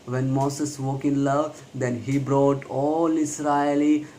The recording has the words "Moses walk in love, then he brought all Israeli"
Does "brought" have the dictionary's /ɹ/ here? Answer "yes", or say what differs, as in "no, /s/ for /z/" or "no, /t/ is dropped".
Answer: yes